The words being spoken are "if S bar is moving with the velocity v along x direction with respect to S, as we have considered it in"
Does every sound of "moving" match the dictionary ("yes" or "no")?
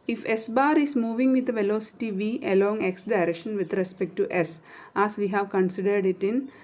yes